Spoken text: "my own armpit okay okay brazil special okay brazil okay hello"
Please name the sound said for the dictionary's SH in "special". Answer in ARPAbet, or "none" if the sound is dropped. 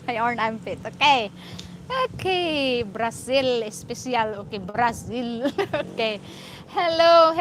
S